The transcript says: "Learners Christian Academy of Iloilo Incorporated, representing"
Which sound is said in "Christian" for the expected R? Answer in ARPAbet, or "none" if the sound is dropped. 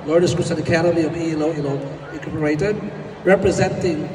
none